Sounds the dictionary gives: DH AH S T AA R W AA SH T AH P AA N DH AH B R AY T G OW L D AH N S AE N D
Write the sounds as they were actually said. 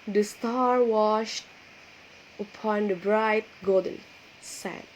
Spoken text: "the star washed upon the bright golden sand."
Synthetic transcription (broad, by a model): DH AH S T AA R W AA SH T AH P AA N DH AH B R AY T G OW D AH N S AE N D